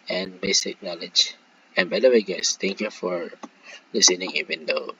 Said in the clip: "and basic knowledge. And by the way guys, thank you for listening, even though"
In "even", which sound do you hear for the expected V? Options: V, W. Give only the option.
W